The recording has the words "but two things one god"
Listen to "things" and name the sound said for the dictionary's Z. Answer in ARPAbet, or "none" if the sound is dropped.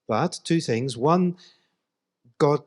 Z